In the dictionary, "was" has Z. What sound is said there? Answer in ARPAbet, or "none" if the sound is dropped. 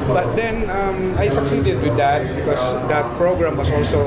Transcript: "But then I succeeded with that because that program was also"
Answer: S